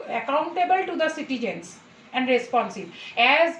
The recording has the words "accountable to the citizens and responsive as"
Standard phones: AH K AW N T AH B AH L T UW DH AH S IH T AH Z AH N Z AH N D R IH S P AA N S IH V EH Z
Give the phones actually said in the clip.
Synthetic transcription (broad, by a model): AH K AW N T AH B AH L T UW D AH S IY T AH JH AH N S AH N D R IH S P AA N S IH B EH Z